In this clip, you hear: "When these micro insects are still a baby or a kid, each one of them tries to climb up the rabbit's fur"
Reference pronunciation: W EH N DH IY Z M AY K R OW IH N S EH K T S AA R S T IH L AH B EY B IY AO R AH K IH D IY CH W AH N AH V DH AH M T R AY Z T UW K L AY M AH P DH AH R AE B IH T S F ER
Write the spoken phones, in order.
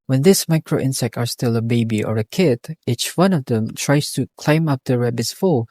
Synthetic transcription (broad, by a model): W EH N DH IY S M AY K R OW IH N S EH K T AA R S T IH L AH B EY B IY AO R AH K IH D IY CH W AH N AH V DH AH M T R AY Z T UW K L AY M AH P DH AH R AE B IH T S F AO